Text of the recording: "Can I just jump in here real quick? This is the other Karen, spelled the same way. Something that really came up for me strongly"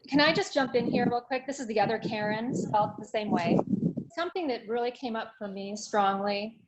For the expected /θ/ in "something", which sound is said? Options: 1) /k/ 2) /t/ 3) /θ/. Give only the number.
3